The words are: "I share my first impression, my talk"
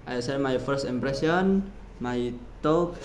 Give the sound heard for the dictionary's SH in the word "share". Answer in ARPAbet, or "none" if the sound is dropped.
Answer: S